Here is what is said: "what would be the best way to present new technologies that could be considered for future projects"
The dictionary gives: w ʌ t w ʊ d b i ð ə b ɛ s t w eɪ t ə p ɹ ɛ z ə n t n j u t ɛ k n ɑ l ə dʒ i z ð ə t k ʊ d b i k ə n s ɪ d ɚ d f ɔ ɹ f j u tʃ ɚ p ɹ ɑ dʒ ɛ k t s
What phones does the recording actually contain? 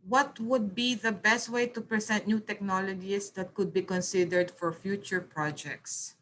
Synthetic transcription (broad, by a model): w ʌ t w ʊ d b i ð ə b ɛ s t w eɪ t ə p ɹ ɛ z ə n t n j u t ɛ k n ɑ l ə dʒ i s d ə t k ʊ d b i k ə n s ɪ d ɚ d f ɔ ɹ f j u tʃ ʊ p ɹ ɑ dʒ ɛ k t s